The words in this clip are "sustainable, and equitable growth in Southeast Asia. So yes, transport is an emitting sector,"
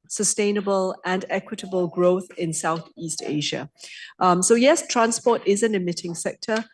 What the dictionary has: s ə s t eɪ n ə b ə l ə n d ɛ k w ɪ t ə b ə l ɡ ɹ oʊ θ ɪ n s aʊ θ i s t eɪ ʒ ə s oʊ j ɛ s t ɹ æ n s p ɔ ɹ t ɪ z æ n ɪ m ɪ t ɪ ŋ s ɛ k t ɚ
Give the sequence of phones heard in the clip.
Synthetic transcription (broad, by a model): s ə s t eɪ n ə b ə l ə n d ɛ k w ɪ t ə b ə l ɡ ɹ oʊ θ ɪ n s aʊ θ i s t eɪ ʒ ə s oʊ j ɛ s t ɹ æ n s p ɔ t ɪ z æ n ɪ m ɪ t ɪ ŋ s ɛ k t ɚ